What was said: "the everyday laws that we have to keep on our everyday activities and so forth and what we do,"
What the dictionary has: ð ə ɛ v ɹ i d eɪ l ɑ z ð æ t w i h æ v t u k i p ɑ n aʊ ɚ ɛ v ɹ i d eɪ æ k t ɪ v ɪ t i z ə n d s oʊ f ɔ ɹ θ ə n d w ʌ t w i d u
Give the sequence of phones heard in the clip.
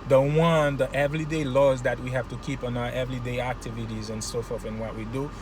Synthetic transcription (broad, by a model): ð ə ɛ v ɹ i d eɪ l ɑ z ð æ t w i h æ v t u k i p ɑ n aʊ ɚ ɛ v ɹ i d eɪ æ k t ɪ v ɪ t i z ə n s oʊ f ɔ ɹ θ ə n w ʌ t w i d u